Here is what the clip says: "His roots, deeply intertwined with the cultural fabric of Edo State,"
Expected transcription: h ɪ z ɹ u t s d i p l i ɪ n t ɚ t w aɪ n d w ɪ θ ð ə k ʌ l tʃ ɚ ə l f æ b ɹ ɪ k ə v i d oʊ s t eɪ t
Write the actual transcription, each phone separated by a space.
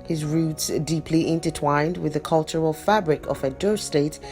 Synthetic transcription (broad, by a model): h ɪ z ɹ u t s d i p l i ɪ n t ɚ t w aɪ n d w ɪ ð ə k ʌ l tʃ ɚ ə l f æ b ɹ ɪ k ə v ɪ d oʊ s t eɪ t